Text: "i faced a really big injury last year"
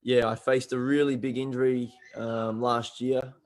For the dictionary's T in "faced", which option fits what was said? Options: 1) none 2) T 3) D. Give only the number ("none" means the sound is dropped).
2